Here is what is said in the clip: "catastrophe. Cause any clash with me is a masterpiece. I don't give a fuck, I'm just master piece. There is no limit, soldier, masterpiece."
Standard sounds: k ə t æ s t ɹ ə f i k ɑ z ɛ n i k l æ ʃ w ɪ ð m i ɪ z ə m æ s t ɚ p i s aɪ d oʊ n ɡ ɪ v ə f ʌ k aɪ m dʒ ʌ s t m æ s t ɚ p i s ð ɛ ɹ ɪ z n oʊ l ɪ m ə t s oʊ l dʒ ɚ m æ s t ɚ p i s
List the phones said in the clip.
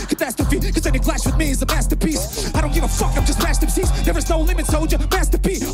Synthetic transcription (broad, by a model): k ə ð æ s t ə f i k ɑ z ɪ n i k l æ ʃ w ɪ ð m i ɪ z ə m æ s t ɚ p i s aɪ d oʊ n ɡ ɪ v ə f ʌ k aɪ m dʒ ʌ s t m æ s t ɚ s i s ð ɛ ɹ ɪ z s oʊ l ɪ m ə t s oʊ dʒ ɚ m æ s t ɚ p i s